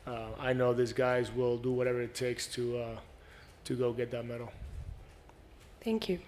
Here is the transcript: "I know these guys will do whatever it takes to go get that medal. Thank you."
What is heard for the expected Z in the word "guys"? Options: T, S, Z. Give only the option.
Z